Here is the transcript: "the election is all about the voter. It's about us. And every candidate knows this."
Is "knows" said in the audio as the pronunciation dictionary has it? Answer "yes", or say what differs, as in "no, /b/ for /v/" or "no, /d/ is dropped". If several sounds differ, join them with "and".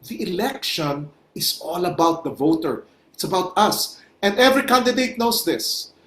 no, /s/ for /z/